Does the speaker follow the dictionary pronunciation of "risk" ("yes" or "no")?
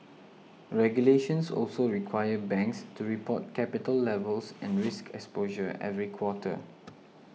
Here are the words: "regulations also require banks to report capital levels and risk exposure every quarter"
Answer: yes